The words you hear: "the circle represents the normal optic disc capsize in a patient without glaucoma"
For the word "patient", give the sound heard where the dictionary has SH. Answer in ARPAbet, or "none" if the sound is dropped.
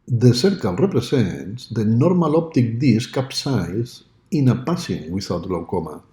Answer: S